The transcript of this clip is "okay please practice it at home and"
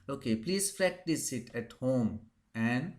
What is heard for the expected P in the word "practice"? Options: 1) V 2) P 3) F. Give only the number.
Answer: 3